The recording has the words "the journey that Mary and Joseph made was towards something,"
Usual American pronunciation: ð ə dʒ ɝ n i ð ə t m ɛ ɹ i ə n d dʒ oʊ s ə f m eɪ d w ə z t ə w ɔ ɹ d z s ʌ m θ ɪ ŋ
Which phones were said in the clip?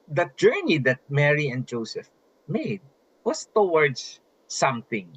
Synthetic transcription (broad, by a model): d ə dʒ ɝ n i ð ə t m ɛ ɹ i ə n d dʒ oʊ s ə f m eɪ d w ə s t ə w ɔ ɹ d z s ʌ m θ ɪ ŋ